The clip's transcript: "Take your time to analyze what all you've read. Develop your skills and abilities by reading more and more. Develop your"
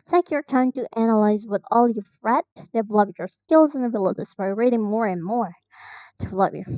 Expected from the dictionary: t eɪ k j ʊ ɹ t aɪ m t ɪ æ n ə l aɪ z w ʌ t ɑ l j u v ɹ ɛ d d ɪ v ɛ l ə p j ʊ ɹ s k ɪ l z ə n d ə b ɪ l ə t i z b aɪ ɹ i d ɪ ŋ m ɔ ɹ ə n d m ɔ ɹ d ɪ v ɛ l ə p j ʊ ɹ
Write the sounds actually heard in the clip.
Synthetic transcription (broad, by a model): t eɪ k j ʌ ɹ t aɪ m t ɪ æ n ə l aɪ z w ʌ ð ɑ l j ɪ f ɹ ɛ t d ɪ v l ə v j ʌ ɹ s k ɪ l z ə n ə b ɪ l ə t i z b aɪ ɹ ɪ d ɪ ŋ m ɔ ɹ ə n m ɔ ɹ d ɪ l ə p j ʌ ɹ